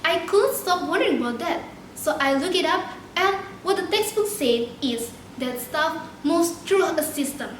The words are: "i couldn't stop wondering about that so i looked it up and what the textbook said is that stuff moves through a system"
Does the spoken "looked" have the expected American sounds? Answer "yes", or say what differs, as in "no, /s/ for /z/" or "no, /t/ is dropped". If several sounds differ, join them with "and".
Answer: no, /t/ is dropped